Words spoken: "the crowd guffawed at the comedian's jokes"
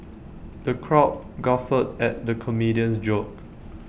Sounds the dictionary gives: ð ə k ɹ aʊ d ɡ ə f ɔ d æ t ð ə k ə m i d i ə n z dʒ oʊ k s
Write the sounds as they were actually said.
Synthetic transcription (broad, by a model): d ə k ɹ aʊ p ɡ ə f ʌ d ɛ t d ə k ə m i d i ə n s dʒ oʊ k